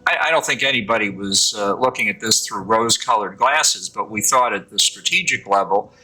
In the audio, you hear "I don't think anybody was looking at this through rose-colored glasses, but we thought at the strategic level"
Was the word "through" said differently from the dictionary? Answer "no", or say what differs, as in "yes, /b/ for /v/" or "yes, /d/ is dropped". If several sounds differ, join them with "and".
no